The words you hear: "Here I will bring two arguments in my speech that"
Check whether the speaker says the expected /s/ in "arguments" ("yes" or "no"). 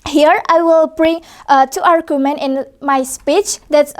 no